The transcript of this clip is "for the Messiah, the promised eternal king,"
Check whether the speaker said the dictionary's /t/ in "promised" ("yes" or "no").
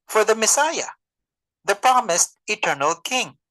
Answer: yes